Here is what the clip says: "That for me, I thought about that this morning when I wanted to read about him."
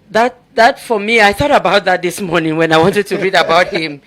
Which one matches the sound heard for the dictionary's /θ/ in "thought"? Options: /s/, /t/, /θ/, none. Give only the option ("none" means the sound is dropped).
/θ/